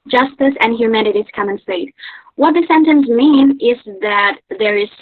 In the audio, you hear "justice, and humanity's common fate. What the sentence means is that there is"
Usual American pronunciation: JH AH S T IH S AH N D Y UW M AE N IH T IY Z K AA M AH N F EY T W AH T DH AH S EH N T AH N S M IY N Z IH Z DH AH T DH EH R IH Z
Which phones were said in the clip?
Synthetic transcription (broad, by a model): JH AH S T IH S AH N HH Y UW M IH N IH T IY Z K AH M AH N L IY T W AH T DH AH S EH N T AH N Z M IY N IH Z DH AH T DH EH R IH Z